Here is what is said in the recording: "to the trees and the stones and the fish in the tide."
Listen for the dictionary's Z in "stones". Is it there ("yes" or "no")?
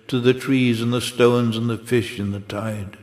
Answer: yes